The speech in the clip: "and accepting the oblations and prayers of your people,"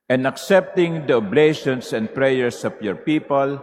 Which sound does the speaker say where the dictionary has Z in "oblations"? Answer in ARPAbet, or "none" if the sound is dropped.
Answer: S